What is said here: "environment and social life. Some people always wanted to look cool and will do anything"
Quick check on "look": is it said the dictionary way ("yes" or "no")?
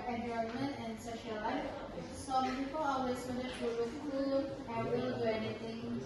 no